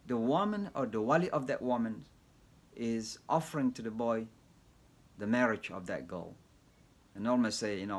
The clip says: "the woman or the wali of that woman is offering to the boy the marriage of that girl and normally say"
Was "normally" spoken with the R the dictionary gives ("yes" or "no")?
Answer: no